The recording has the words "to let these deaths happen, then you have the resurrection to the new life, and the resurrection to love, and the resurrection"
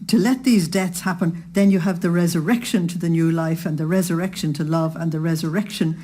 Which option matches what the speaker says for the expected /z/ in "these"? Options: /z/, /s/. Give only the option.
/z/